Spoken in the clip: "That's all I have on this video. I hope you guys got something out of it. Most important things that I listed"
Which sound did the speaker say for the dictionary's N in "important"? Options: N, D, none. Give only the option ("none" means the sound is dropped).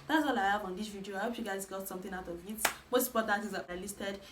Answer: none